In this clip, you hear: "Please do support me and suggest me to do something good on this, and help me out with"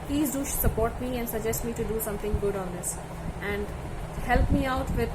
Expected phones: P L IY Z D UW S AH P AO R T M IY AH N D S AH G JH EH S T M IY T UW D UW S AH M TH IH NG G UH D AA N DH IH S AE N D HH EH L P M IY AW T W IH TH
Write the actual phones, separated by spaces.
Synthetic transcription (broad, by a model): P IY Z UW S AH P AO R T M IY AH N D S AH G JH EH S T M IY T UW D UW S AH M T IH NG G UH D AA N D IH S AE N D HH EH L P M IY AW T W IH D